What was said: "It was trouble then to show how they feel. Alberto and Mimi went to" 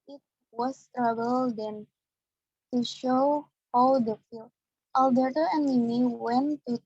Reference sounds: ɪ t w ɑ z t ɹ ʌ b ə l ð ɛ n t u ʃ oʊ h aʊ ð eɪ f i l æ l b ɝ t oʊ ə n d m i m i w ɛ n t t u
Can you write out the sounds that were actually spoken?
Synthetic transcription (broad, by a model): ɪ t w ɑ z t ɹ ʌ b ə l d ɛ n t u ʃ oʊ h aʊ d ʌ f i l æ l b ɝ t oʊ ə n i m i w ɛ n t t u